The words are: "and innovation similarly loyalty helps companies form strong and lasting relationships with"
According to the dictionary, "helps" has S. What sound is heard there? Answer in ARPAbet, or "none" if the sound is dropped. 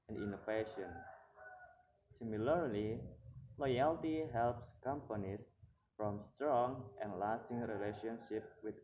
S